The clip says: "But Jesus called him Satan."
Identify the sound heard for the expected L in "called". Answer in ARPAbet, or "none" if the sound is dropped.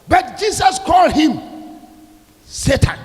L